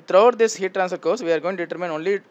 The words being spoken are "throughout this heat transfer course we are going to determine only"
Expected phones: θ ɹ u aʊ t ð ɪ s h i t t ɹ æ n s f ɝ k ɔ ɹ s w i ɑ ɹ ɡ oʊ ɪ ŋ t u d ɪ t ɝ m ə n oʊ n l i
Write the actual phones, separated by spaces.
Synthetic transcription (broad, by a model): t ɹ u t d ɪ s h i t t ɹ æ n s ɝ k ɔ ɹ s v i ɑ ɹ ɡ oʊ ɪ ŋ t u d ɪ t ɝ m ə n oʊ n l i